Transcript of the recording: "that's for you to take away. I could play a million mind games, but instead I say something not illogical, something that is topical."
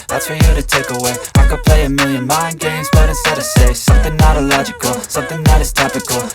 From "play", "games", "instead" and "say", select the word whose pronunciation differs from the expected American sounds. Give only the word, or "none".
instead